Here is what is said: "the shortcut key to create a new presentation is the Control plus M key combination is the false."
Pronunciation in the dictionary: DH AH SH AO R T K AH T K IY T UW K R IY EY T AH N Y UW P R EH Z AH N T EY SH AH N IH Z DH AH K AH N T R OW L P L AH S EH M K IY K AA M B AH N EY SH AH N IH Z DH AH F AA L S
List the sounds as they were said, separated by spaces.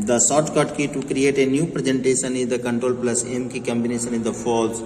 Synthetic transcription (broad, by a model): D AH S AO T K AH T K IY T UW K R IY EY T AH N Y UW P R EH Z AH N T EY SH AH N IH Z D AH K AH N T R OW L P L AH S EH M K IY K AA M B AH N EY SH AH N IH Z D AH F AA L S